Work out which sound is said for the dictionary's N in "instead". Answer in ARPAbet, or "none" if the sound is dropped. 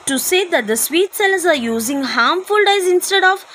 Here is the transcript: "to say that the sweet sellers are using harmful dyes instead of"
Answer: N